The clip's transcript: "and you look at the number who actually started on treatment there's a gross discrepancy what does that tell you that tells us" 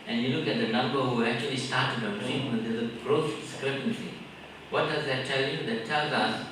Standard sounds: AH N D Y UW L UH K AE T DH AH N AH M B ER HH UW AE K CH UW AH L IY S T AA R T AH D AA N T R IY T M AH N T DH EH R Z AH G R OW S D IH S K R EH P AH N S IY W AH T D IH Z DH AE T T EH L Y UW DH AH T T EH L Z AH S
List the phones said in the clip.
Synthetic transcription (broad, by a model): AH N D Y UW L UH K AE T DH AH N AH M B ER HH UW AE K CH UW AH L IY S T AA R T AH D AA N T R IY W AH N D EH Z AH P R OW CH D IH S K R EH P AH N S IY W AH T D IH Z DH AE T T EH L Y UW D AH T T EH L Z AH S